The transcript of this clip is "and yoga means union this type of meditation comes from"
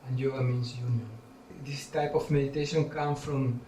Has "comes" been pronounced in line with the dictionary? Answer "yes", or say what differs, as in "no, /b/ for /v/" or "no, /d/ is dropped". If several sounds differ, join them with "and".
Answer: no, /z/ is dropped